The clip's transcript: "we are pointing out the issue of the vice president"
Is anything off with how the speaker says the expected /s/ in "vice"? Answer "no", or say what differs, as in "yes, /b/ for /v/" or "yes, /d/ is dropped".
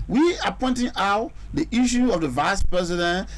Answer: no